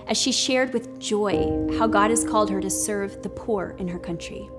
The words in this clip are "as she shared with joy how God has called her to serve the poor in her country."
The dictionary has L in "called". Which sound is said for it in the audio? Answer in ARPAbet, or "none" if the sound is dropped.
L